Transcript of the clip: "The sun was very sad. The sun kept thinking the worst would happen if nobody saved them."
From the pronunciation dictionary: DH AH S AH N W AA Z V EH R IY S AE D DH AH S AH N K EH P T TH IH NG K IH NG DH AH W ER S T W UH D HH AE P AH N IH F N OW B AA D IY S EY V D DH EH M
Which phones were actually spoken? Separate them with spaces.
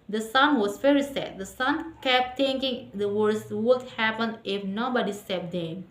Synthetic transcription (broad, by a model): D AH S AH N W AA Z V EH R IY S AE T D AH S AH N K EH P T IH NG K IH NG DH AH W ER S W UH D HH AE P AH N IH F N OW B AA D IY S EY P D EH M